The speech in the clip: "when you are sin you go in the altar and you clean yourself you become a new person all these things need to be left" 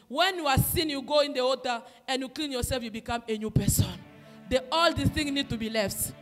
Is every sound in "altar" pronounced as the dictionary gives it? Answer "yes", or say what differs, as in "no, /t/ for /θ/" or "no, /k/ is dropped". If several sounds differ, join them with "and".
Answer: no, /l/ is dropped